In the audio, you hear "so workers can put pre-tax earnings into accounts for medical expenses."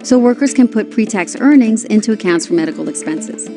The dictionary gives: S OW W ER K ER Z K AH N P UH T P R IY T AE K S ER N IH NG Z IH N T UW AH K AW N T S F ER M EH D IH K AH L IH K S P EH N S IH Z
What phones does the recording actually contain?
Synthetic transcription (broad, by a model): S OW W ER K ER Z K AH N P UH T P R IY T AE K S ER N IH NG Z IH N T UW AH K AW N T S F ER M EH D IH K L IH K S P EH N S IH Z